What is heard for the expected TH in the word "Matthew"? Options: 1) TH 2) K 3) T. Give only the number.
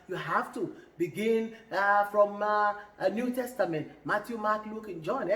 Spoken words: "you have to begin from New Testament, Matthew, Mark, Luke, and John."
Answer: 3